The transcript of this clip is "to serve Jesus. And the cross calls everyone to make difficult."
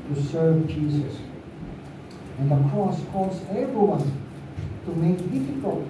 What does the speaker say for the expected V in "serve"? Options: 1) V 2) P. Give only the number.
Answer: 1